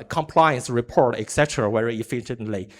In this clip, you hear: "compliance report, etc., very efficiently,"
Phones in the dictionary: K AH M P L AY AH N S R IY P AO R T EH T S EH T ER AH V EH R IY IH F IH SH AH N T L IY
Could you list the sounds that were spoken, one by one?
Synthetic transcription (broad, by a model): K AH M P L AY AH N S R IY P AO R T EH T S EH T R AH W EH R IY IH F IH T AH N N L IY